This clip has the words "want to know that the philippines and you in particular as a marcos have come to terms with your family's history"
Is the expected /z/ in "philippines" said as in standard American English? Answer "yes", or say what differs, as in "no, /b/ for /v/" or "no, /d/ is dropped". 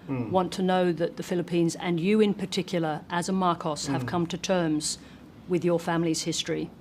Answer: yes